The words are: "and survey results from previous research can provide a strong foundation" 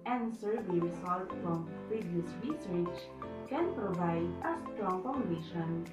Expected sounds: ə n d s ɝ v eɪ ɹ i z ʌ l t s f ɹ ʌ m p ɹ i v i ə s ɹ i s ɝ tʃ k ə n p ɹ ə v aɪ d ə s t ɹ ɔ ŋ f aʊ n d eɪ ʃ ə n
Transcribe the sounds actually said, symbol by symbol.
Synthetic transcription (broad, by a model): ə n s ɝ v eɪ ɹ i s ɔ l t f ɹ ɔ m p ɹ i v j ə s ɹ i s ɝ tʃ k ə n p ɹ ə v aɪ d ə s t ɹ ɔ ŋ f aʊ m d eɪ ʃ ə n